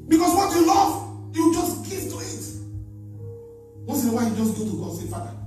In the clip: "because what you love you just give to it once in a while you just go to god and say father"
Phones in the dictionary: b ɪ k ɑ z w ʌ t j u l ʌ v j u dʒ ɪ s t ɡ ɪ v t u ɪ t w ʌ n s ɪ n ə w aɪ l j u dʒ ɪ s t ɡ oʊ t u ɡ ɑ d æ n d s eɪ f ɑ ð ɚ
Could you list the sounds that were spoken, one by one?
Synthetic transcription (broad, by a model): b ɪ k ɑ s w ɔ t j u l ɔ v j u dʒ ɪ s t ɡ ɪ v t u ɪ t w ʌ s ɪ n ə w aɪ j u dʒ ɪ s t ɡ oʊ t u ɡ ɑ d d s eɪ f ɑ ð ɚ